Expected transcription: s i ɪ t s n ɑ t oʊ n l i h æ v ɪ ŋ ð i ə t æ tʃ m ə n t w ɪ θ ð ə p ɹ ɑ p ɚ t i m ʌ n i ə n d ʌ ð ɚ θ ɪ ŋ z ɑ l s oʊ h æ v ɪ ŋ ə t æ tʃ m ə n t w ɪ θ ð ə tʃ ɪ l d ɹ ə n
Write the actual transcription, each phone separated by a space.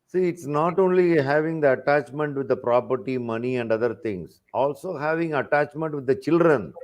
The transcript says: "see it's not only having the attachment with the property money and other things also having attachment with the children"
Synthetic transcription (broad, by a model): s i ɪ t s n ɑ t oʊ n l i h æ v ɪ ŋ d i ə t æ tʃ m ə n t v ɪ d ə p ɹ ɑ p ɚ t i m ʌ n i ə n d ʌ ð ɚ t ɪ ŋ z ɑ l s oʊ h æ v ɪ ŋ ə t æ tʃ m ə n t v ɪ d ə tʃ ɪ l d ɹ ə n